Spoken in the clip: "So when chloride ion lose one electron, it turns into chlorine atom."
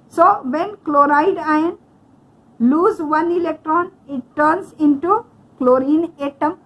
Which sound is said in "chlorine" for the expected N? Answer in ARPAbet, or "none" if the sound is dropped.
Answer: N